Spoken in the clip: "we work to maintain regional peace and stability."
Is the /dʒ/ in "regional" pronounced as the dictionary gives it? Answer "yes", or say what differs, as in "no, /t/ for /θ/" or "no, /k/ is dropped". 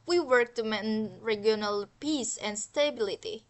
no, /dʒ/ is dropped